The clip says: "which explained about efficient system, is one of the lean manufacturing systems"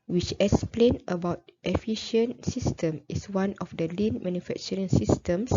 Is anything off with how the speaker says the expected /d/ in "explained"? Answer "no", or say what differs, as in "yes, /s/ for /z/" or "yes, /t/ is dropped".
yes, /d/ is dropped